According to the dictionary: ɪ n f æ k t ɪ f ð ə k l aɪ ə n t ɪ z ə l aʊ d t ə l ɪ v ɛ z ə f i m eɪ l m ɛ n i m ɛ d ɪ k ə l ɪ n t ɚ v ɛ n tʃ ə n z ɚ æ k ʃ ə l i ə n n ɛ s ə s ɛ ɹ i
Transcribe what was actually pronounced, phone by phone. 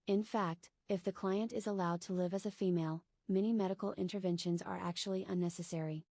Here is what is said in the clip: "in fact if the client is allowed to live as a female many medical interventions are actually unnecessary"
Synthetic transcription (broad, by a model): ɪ n f æ k t ɪ f ð ə k l aɪ ə n t ɪ z ə l aʊ d t ə l ɪ v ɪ z ə f i m eɪ l m ɛ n i m ɛ d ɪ k l ɪ n t ɚ v ɛ n ʃ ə n z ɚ æ k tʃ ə l i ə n n ɛ s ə s ɛ ɹ i